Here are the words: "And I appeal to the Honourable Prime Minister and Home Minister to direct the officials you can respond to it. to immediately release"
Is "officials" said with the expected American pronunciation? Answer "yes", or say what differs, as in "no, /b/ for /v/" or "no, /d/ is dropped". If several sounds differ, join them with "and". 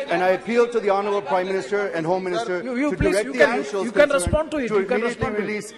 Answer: no, /f/ is dropped